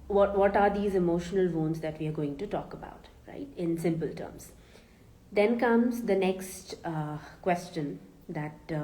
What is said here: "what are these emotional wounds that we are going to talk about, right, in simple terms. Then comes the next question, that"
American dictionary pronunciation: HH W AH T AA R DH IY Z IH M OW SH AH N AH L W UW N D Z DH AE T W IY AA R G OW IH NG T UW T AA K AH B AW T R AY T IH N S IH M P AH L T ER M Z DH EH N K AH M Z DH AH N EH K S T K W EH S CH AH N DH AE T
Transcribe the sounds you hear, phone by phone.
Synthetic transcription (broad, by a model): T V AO T AA R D IY Z IH M OW SH AH N AH L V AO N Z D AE T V IY AA R G OW IH NG T UW T AA K AH B AW T R AY T IH N S IH M P AH L T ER M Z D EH N K AH M Z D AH N EH K S T K W EH S CH AH N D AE T